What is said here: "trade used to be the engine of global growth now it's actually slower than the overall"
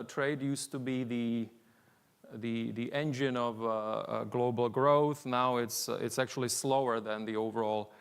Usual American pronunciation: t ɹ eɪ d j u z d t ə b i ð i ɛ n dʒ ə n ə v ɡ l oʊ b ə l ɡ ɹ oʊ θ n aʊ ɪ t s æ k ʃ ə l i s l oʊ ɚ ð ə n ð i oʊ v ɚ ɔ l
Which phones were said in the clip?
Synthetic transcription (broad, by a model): t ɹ eɪ d j u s t ə b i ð i ɛ n dʒ ə n ə v ɡ l oʊ b l ɡ ɹ oʊ θ n aʊ ɪ t s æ k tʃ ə l i s l oʊ ɚ ð ə n ð i oʊ v ɚ ɔ l